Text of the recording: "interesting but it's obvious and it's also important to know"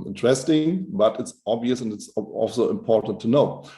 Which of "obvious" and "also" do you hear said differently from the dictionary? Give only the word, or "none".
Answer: none